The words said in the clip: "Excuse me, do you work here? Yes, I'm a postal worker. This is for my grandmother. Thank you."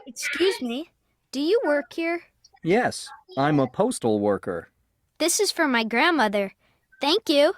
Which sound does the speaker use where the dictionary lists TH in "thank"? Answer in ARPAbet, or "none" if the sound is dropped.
TH